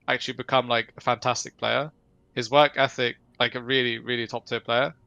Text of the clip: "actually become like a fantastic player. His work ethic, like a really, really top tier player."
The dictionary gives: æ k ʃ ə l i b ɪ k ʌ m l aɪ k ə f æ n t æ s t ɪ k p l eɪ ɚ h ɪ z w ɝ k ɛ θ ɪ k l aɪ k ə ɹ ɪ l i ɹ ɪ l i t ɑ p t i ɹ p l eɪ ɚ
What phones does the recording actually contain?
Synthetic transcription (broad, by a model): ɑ k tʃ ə l i b ɪ k ʌ m l aɪ k ə f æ n t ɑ s t ɪ k p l eɪ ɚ h ɪ z w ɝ k ɛ θ ɪ k l aɪ k ə ɹ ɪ l i ɹ ɪ l i t ɑ p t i p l eɪ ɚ